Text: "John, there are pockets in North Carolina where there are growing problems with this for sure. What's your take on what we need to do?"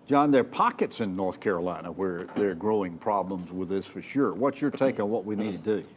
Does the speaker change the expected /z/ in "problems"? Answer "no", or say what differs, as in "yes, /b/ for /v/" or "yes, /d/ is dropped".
no